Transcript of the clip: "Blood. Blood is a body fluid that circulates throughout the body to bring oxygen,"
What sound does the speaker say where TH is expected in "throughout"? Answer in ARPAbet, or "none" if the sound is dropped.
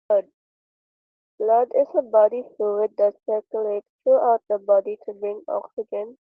T